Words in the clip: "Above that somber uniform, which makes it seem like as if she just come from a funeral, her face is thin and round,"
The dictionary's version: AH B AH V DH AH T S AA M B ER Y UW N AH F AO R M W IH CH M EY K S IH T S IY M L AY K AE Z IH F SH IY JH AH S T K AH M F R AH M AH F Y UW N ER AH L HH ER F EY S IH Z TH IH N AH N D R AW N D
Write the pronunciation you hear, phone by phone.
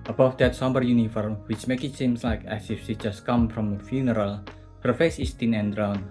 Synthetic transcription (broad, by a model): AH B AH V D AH T S AA M B ER Y UW N AH F AO R M W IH CH M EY K IH T S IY M L AY K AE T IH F S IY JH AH S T K AH M F R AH M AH F Y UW N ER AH L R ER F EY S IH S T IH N AH N D R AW N